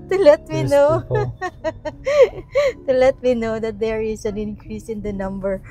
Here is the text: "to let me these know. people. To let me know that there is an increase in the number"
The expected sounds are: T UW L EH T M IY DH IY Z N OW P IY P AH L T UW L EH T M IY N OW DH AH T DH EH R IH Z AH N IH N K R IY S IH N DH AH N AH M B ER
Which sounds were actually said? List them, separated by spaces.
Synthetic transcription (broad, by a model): T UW L EH T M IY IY N OW T UW L EH T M IY N OW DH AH T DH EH R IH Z AH N IH N K R IY S IH N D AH N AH M B ER